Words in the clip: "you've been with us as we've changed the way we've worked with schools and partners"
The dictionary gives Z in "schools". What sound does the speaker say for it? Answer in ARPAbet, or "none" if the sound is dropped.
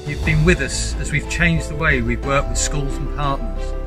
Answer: Z